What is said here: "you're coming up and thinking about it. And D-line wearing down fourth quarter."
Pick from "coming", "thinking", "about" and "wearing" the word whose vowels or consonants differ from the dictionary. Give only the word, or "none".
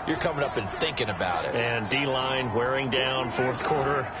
none